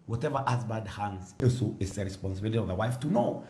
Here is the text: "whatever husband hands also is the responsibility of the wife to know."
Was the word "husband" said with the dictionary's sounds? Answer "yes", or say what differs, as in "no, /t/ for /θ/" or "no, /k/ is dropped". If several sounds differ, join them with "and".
no, /n/ is dropped